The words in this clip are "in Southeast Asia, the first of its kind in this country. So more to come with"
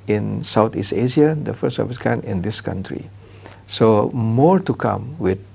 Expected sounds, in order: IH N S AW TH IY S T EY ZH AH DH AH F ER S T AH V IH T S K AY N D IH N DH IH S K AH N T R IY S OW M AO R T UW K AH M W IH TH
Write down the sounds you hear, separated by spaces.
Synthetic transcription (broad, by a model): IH N S AW T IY S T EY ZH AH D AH F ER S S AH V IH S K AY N IH N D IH S K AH N T R IY S OW M AO R T UW K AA M W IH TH